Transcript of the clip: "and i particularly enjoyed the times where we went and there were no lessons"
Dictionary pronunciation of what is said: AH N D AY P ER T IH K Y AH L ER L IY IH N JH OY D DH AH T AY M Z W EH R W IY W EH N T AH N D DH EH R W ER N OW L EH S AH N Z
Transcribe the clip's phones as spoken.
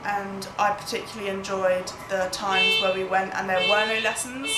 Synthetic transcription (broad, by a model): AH N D AY P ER T IH K Y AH L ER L IY IH N JH OY D DH AH T AY M Z W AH W IY W EH N T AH N DH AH W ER N OW L EH S AH N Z